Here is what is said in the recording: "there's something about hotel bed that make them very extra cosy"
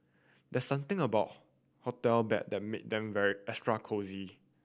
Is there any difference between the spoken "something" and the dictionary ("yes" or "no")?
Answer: yes